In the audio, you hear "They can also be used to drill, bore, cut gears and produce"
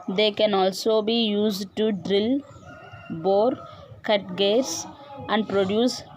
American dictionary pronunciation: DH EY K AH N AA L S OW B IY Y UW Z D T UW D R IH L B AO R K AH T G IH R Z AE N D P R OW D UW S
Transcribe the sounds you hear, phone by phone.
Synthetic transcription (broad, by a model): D EY K AH N AA L S OW B IY Y UW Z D T UW D R IH L B AO R K AH T G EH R S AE N D P R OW D UW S